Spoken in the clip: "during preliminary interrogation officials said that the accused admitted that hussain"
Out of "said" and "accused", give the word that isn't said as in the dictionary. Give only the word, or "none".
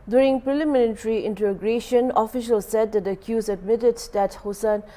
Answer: accused